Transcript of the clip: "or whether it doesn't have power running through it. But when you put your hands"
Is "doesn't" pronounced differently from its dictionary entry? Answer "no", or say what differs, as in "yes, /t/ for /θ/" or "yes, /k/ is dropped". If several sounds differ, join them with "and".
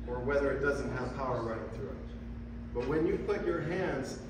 no